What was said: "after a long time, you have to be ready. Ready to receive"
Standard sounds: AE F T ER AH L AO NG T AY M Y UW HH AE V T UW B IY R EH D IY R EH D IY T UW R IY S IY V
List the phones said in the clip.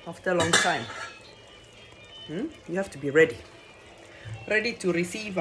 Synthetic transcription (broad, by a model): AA F T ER AH L AO NG T AY M Y UW HH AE F T UW B IY R EH D IY R EH D IY T UW R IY S IY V